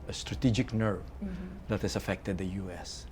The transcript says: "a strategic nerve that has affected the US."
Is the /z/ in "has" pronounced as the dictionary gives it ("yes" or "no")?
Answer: no